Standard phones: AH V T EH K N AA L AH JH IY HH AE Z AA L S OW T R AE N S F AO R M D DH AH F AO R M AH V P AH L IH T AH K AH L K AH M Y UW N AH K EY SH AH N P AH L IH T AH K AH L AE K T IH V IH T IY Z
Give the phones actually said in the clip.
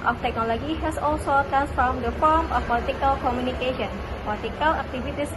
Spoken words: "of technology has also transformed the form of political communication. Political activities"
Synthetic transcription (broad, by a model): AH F T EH K N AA L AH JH IY HH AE S AA L S OW T R AE N S F AO R M D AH F AO R M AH F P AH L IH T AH K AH L K AH M Y UW N AH K EY SH AH N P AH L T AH K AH L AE K T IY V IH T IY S